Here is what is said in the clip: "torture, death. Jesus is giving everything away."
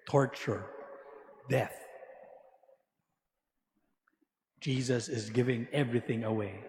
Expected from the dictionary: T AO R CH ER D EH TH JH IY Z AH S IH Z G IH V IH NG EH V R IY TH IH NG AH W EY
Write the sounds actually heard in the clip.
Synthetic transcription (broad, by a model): T AO R CH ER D EH TH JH IY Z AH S IH Z G IH V IH NG EH V R IY TH IH NG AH W EY